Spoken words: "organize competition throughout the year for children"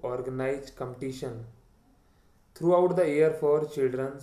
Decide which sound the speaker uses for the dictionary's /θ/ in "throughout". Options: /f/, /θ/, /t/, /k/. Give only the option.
/t/